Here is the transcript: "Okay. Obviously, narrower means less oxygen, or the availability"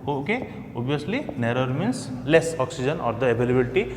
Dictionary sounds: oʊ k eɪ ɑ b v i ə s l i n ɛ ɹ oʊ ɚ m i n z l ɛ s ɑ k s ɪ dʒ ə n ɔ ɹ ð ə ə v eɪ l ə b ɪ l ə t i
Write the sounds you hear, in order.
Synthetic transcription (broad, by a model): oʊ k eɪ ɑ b i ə s l i n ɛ ɹ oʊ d m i n s l ɛ s ɑ k s ɪ dʒ ə n ɔ ɹ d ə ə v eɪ l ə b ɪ l t i